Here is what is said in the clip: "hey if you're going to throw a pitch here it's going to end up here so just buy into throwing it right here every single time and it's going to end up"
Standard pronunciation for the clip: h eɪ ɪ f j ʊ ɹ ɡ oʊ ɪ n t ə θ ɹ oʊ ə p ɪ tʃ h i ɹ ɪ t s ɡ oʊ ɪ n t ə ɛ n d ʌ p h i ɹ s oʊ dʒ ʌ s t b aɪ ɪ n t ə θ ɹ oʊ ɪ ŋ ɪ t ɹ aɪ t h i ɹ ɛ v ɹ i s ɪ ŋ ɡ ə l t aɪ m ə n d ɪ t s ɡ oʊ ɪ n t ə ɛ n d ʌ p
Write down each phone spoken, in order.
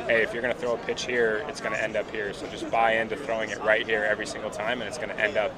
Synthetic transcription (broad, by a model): h eɪ ɪ f j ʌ ɹ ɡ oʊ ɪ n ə θ ɹ oʊ ə p ɪ tʃ h i ɹ ɪ t s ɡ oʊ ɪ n t ɛ n d ʌ p h i ɹ s oʊ dʒ ʌ s b aɪ ɪ n t ə θ ɹ oʊ ɪ ŋ ɪ t ɹ aɪ t h i ɹ ɛ v ɹ i s ɪ ŋ ɡ l t aɪ m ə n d ɪ t s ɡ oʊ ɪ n t ɛ n d ʌ p